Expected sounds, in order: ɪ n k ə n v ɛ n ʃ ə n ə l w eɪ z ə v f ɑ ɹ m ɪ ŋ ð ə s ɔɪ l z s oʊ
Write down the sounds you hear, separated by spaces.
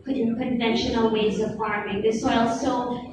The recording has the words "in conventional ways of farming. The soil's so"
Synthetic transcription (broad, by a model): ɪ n k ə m v ɛ n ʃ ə n l w eɪ z ə v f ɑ ɹ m ɪ ŋ ð ə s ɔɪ l s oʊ